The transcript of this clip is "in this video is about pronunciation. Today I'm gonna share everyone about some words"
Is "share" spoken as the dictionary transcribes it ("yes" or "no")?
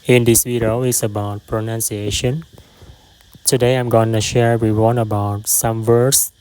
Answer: yes